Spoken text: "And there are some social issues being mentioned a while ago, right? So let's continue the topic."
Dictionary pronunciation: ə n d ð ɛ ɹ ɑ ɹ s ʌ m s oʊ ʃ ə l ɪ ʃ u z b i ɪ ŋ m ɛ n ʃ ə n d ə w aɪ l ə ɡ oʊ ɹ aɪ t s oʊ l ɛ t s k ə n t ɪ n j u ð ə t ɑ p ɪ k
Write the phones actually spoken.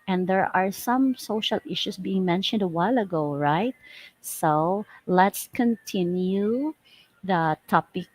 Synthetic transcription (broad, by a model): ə n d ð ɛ ɹ ɑ ɹ s ʌ m s oʊ ʃ ə l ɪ ʃ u s b i ɪ ŋ m ɛ n ʃ ə n d ə w aɪ l ə ɡ oʊ ɹ aɪ t s oʊ l ɛ t s k ə n t ɪ n j u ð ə t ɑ p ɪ k